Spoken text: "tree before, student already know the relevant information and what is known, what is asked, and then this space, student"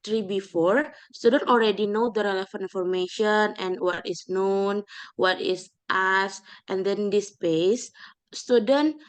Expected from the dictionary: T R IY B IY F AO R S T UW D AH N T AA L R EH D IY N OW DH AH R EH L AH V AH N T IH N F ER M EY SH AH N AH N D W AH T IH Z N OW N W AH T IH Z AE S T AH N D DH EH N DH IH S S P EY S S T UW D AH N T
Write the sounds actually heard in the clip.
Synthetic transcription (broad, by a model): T R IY B IY F AO R S T UW D AH N T AA L R EH D IY N OW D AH R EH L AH F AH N IY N F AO M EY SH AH N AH N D W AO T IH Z N OW N W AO T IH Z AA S T AH N D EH N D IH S S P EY S S T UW D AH N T